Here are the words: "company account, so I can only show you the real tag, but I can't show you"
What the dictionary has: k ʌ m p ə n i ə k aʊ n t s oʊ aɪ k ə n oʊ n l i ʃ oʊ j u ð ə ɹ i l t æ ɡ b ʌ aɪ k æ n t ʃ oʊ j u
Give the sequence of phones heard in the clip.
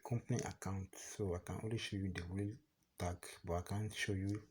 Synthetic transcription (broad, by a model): k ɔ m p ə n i ə k aʊ n t s oʊ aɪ k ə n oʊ l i ʃ oʊ j u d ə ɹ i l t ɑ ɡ b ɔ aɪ k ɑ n ʃ oʊ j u